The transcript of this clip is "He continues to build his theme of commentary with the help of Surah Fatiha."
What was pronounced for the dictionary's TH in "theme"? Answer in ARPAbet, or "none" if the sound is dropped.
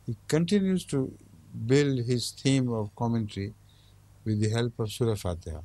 T